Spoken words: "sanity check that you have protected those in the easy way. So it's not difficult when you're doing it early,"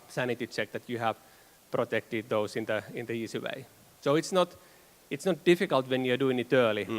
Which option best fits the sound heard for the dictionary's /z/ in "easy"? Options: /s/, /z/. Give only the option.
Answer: /s/